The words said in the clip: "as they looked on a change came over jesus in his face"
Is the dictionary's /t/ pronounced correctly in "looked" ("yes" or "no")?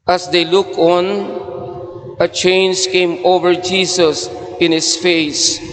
no